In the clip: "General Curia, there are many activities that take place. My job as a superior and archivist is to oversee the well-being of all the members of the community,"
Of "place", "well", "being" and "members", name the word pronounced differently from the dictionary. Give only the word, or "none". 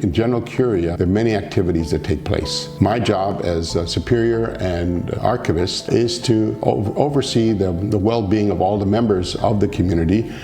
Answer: none